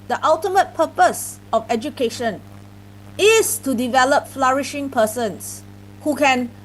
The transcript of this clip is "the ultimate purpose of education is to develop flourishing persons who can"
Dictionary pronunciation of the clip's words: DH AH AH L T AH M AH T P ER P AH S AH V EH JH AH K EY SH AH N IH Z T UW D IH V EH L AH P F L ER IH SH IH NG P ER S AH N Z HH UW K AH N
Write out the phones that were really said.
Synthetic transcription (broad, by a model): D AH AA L T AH M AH T P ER P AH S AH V EH JH AH K EY SH AH N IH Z T UW D IH V EH L AH P F L ER IH SH IH NG P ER S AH N S HH UW K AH N